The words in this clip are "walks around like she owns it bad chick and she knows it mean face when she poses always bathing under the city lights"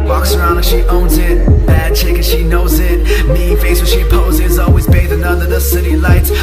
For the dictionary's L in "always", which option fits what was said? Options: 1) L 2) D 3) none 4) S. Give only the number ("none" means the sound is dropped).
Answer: 1